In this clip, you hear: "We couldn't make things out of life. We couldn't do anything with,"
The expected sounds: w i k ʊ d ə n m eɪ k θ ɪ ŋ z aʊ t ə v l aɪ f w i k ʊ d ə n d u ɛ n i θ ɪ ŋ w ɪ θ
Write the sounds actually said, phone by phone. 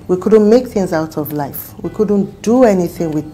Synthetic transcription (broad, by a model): w i k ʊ d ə n m eɪ k θ ɪ ŋ z aʊ t ə v l aɪ f w i k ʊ d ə n d u ɛ n i θ ɪ ŋ w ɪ